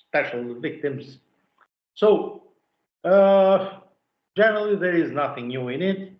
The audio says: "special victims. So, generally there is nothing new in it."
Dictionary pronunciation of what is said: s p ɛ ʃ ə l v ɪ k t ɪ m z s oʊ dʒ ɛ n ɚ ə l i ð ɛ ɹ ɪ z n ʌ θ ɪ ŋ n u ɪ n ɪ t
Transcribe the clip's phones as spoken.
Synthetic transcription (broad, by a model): s p ɛ ʃ l v ɪ k t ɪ m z s oʊ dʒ ɛ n ɚ l i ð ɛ ɹ ɪ z n ʌ θ ɪ ŋ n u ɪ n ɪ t